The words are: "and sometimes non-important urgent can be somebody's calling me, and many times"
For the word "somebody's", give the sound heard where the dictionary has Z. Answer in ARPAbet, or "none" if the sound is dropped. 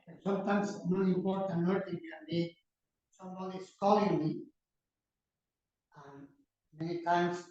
S